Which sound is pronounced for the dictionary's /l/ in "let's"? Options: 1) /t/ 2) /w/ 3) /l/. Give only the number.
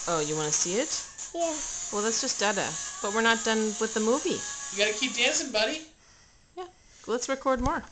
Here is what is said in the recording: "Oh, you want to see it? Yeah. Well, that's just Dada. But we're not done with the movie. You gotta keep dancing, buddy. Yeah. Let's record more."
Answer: 3